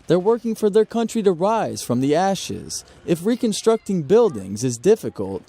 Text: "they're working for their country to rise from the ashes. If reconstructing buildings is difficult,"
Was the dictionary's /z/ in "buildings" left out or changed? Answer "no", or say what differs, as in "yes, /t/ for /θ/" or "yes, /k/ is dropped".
no